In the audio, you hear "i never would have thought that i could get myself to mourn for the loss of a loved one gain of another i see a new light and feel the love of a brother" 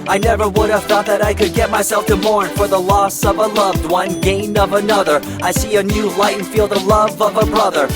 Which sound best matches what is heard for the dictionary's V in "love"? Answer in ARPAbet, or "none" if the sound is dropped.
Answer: V